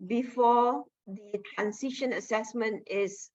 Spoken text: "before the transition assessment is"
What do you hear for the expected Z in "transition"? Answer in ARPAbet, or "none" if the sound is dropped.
S